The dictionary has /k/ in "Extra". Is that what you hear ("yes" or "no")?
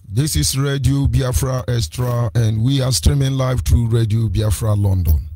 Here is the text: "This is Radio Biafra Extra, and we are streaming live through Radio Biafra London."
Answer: no